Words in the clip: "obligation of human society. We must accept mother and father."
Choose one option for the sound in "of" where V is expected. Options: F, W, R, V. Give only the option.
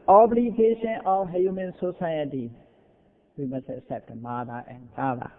F